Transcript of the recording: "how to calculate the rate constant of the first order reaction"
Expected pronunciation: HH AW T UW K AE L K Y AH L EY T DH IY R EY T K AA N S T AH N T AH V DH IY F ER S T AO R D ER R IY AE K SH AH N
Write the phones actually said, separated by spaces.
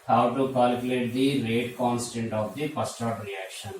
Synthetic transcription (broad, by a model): HH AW T UW K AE L K Y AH L EY T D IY R EY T K AA N S T AH N T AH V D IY P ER S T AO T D R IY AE K SH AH N